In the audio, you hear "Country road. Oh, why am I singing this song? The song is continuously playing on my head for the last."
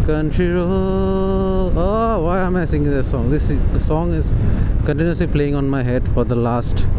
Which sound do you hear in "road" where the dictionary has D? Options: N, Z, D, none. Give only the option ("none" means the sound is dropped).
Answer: none